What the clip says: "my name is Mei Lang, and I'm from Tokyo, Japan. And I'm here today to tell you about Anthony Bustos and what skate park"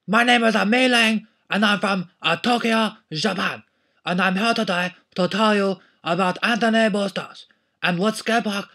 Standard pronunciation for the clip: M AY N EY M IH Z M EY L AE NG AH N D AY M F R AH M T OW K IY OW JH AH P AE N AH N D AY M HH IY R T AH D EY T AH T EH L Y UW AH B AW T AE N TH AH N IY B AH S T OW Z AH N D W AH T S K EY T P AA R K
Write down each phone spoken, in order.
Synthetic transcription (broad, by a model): M AY N EY M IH Z M EY L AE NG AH N AY M F R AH M T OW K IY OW ZH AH P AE N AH N AY M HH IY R T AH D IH T AH T EH L Y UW AH B AW T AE N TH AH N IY B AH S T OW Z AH N W AH T S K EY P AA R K